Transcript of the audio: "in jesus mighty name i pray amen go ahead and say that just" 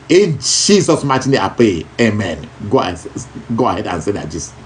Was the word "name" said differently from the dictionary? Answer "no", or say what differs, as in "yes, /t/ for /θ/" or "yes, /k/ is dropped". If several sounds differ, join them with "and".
yes, /m/ is dropped